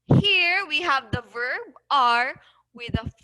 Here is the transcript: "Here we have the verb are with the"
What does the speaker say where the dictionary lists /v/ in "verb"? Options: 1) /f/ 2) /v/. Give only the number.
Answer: 2